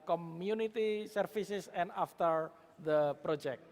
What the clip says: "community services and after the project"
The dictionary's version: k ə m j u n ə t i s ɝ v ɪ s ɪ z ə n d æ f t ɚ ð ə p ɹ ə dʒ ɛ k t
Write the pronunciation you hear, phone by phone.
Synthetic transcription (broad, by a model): k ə m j u n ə t i s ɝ f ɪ s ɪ s ə n d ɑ f t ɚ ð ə p ɹ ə dʒ ɛ k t